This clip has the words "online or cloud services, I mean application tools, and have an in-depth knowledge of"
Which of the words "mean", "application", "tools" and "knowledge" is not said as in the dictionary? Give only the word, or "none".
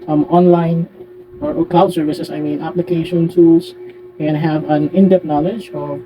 tools